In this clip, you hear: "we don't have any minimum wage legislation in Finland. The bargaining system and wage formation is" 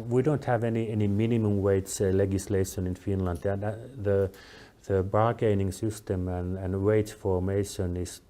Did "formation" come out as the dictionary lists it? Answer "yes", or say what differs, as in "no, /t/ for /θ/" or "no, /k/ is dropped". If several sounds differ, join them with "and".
yes